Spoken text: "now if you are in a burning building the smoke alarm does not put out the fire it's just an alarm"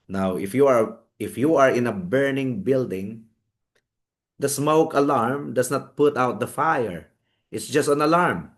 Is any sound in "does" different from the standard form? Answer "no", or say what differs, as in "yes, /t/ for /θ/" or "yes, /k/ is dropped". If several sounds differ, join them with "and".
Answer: yes, /s/ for /z/